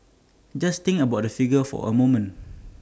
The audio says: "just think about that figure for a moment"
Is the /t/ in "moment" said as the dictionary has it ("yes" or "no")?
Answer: no